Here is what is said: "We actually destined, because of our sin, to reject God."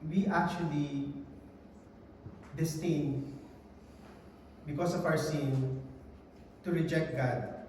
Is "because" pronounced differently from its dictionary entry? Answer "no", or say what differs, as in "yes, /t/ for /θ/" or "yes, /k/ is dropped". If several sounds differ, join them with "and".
yes, /s/ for /z/